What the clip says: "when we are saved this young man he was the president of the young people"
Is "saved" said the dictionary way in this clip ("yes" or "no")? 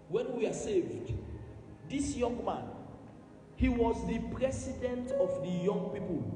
yes